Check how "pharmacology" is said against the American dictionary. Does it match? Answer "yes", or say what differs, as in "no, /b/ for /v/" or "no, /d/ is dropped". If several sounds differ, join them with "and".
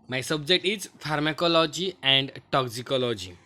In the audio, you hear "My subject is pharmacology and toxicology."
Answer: yes